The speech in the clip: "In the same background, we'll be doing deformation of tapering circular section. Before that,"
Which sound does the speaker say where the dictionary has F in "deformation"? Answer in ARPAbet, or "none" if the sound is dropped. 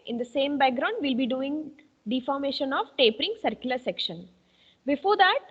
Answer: F